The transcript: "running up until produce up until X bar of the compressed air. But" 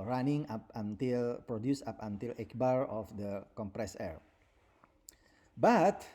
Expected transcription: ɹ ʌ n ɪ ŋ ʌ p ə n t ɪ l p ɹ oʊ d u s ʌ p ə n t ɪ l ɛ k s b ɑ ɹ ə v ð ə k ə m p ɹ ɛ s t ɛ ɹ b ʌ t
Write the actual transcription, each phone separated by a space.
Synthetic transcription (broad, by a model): ɹ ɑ n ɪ ŋ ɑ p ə n t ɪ l p ɹ oʊ d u s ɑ p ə n t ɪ l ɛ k b ɑ ɹ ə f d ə k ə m p ɹ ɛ s ɛ ɹ b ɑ t